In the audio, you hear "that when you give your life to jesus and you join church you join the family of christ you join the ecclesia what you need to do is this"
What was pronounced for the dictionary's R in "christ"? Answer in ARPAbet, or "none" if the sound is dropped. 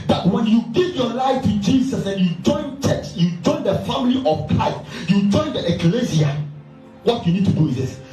none